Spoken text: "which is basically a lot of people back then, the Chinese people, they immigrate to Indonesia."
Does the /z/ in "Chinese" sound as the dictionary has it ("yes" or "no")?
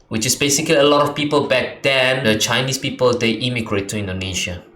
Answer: no